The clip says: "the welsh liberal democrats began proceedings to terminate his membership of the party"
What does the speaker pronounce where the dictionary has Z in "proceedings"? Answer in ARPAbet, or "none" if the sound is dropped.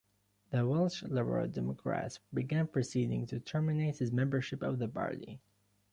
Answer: none